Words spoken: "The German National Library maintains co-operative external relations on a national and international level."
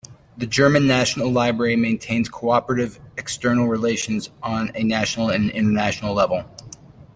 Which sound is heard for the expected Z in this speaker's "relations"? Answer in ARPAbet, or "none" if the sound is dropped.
Z